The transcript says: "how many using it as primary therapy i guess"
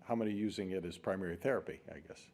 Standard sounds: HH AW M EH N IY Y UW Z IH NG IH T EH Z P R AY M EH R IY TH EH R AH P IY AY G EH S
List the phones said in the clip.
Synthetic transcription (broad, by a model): HH AW M EH N IY Y UW Z IH NG IH T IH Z P R AY M EH R IY TH EH R AH P IY AY G EH S